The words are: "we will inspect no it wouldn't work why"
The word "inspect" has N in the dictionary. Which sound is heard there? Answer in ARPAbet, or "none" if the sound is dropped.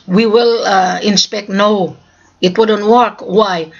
N